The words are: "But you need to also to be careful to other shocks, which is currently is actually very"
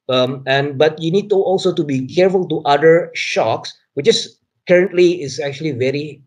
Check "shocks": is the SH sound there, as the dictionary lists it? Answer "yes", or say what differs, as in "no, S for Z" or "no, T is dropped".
yes